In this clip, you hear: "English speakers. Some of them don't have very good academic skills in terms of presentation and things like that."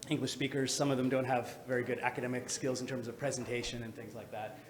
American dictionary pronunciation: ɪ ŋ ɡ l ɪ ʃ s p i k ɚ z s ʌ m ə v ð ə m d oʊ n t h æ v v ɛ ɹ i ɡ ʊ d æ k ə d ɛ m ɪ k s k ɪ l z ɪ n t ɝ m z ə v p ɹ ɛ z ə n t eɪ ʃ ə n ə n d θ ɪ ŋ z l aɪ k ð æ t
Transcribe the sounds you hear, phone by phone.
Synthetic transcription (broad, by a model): ɪ ŋ ɡ l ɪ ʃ s p i k ɚ z s ʌ m ə v ð ə m d oʊ n t h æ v v ɛ ɹ i ɡ ʊ d æ k ə d ɛ m ɪ k s k ɪ l z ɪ n t ɝ m z ə v p ɹ ɛ z ə n t eɪ ʃ ə n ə n θ ɪ ŋ z l aɪ k ð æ t